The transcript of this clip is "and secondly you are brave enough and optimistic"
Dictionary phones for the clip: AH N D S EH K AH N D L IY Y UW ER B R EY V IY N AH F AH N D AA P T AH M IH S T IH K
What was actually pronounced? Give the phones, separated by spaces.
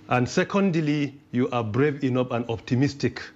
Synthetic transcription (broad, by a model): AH N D S EH K AH N D L IY Y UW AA B R EY V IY N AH P AH N D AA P T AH M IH S T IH K